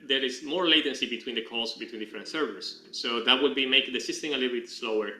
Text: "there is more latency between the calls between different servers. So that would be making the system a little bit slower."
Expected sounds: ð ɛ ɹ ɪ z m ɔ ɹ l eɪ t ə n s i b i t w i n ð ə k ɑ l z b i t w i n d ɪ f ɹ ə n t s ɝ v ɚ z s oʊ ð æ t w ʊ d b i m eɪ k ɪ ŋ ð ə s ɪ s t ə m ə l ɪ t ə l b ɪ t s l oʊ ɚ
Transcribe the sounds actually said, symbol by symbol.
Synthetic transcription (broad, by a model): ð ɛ ɹ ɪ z m ɔ ɹ l eɪ t ə n s i b i t w i n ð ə k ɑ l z b i t w i n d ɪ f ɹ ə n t s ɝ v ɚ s s oʊ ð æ t w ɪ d b i m eɪ ɪ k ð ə s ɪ s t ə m ə l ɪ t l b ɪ t s l oʊ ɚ